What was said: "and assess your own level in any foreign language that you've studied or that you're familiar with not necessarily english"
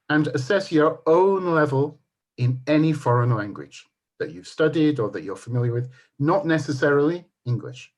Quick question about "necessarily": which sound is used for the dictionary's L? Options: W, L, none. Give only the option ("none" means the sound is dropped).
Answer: L